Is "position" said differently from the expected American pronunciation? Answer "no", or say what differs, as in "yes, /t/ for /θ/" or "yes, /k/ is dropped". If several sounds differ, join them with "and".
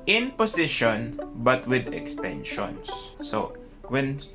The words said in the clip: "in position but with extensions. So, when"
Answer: yes, /s/ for /z/